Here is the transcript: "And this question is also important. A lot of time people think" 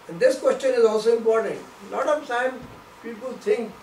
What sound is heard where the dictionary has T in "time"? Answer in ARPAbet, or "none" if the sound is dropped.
S